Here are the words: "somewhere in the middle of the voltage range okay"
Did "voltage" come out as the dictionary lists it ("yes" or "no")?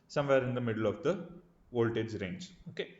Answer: yes